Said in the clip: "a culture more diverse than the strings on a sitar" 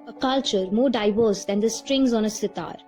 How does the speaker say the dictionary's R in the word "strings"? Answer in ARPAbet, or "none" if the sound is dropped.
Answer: R